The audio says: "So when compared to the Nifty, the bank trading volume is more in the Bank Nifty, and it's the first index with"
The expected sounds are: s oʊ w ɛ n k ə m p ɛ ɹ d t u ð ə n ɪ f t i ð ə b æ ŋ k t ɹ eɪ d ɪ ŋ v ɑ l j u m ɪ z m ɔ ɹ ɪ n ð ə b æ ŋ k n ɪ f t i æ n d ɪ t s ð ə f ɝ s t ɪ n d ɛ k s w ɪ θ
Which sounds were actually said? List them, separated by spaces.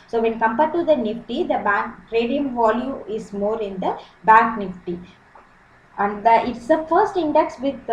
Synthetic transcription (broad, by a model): s oʊ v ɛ n k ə m p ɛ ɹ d t u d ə n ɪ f t i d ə b æ ŋ k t ɹ eɪ d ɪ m v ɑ l j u ɪ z m ɔ ɹ ɪ n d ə b æ ŋ k n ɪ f t i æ n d ɪ t s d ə f ɝ s t ɪ n d ɛ k s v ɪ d